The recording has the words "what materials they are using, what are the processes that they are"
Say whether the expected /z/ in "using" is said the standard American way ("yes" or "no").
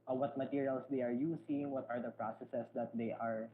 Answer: no